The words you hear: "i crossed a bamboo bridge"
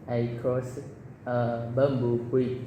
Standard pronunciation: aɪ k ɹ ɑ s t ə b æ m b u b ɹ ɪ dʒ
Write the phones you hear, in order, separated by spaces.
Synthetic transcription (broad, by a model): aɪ k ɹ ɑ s ə b æ m b u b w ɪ